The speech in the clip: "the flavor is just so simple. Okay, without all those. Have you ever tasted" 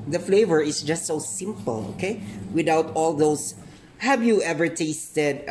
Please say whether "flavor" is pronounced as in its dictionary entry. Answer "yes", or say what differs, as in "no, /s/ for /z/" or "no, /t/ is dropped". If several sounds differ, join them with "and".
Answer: yes